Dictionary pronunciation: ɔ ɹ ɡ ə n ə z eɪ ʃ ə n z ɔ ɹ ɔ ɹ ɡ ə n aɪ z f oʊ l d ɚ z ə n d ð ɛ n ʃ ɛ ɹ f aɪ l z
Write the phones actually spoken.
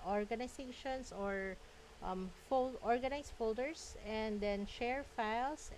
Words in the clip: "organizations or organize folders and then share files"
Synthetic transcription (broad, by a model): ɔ ɹ ɡ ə n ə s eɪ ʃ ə n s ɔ ɹ ɔ ɹ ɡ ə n aɪ s f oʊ l d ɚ s ə n d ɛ n ʃ ɛ ɹ f aɪ l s